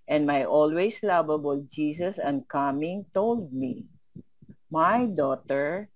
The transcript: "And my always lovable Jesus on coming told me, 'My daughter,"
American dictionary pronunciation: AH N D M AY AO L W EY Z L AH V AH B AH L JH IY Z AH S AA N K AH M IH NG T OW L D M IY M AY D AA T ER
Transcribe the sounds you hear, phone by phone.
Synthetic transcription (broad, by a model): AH N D M AY AO L W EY S L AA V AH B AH L JH IY S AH S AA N K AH M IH NG T OW L D M IY M AY D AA T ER